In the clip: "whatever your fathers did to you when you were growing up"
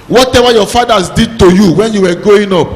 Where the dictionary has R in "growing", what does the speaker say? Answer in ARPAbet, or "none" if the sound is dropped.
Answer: none